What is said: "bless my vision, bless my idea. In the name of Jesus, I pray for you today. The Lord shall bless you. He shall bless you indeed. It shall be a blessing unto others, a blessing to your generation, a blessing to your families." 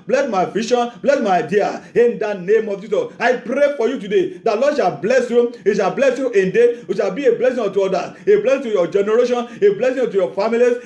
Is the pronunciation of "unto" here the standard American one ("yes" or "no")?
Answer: no